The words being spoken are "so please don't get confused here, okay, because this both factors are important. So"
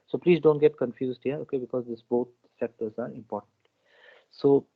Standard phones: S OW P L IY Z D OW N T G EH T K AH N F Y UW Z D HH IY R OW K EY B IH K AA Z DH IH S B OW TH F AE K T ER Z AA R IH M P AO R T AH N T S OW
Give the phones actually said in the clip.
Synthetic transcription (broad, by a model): S OW P L IY Z D OW N T G EH T K AH N F Y UW Z D HH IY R OW K EY B IH K AA Z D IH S B OW T F AE K T ER Z AA R IH M P AO R T AH N T S OW